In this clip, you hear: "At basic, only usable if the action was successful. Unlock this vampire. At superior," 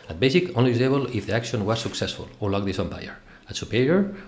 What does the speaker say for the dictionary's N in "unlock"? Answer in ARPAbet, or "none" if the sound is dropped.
none